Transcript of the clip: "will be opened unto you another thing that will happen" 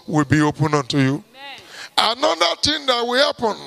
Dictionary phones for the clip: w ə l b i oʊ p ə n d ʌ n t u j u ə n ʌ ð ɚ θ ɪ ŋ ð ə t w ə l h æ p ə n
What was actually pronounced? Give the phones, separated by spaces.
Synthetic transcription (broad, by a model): w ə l b i oʊ p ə n ʌ n t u j u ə n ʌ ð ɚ t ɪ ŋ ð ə t w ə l h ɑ p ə n